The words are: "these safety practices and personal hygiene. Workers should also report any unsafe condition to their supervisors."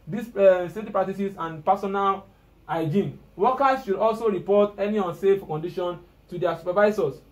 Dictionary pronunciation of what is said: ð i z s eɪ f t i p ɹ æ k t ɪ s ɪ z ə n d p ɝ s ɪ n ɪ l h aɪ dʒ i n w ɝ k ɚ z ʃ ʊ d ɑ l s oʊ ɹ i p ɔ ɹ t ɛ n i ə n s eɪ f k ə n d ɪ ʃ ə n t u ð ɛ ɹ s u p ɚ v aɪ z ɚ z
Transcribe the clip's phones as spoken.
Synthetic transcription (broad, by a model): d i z s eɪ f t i p ɹ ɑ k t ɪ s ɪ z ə n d p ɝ s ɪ n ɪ l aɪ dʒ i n w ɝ k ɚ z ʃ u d ɑ l s oʊ ɹ i p ɔ t ɛ n i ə n s eɪ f k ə n d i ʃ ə n t u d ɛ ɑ s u p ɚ v aɪ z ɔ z